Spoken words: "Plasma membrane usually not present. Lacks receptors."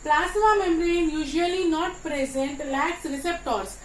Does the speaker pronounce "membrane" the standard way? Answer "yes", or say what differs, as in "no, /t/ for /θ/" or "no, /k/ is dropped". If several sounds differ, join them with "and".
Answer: no, /b/ is dropped